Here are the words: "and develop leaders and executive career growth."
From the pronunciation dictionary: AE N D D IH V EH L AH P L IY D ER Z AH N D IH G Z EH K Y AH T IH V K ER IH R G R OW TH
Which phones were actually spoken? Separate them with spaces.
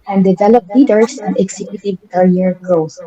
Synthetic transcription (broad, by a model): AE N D D IH V EH L AH P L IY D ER S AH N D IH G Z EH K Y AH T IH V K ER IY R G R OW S